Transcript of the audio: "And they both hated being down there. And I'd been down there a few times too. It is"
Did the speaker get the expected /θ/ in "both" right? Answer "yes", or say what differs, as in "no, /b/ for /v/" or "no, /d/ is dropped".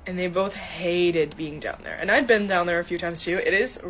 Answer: yes